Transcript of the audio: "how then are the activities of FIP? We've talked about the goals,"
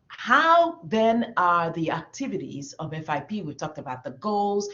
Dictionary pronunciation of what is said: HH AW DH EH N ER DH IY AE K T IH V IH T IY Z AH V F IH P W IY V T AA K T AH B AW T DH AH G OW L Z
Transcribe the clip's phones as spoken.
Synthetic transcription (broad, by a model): HH AW DH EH N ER DH IY AE K T IH V IH T IY Z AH V F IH P W IY V T AA K T AH B AW T DH AH G OW L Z